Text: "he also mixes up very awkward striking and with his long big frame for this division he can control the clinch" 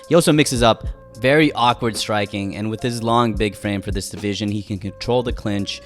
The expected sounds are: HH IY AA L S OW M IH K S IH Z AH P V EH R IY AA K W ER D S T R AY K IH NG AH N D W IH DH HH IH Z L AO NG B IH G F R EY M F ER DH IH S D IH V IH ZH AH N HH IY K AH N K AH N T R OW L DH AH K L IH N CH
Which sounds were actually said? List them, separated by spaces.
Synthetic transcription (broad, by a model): HH IY AA L S OW M IH K S IH Z AH P V EH R IY AA K W ER D S T R AY K IH NG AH N W IH DH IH Z L AO NG B IH G F R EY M F ER DH IH S D IH V IH ZH AH N IY K AH N K AH N T R OW L DH AH K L IH N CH